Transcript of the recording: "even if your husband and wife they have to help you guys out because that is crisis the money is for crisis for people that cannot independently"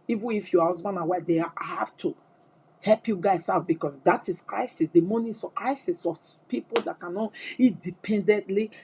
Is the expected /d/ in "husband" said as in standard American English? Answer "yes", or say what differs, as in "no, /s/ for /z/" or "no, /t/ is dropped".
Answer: no, /d/ is dropped